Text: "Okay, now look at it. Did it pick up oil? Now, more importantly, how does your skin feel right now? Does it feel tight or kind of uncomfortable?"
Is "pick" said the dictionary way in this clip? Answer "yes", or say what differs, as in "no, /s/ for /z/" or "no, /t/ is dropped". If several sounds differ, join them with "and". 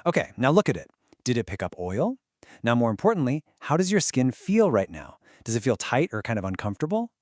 yes